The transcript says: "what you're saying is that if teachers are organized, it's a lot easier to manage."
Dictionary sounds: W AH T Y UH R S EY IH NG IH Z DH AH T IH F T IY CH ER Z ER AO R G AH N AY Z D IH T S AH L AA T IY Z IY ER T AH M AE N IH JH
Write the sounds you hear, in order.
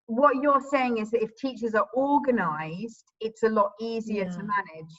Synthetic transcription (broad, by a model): W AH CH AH R S EY IH NG IH Z DH AH T IH F T IY CH ER Z ER AO G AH N AY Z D IH T S AH L AA T IY Z IY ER T AH M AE N IH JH